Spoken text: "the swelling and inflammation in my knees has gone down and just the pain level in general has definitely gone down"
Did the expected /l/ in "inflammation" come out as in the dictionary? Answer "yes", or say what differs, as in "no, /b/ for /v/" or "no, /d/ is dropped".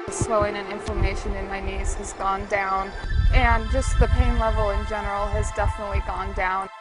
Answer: no, /l/ is dropped